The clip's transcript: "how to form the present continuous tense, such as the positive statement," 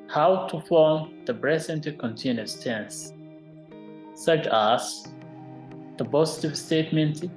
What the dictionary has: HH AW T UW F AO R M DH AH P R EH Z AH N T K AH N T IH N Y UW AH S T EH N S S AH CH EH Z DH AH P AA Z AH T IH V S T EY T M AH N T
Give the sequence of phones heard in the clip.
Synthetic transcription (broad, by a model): HH AW T UW F AO R M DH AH B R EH S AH N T K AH N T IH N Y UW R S T EH N S S AH CH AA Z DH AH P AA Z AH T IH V S T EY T M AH N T